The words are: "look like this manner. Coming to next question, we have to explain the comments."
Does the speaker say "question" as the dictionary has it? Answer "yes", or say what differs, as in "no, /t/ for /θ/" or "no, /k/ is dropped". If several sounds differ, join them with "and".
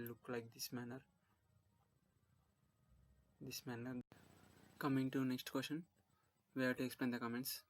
no, /ʃ/ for /tʃ/